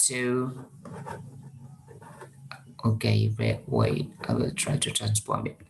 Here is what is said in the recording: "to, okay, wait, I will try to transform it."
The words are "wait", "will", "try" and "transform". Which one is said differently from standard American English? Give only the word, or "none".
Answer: transform